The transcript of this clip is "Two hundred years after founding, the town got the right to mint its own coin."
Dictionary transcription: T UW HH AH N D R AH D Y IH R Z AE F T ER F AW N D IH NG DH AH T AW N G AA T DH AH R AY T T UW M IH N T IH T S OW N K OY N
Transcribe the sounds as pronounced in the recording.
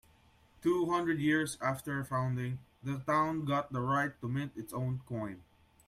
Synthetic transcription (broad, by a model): T UW HH AH N D R AH D Y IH R S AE F T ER F AW N D IH NG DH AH T AW N G AA T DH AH R AY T T UW M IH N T IH T S OW N K OY N